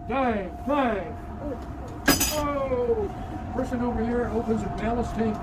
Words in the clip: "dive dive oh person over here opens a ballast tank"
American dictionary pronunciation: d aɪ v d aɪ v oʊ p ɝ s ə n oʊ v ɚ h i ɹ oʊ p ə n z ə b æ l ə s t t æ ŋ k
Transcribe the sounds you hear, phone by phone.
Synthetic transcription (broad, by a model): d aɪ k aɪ oʊ p ɝ s ə n oʊ v ɚ h i ɹ oʊ p ə n z ə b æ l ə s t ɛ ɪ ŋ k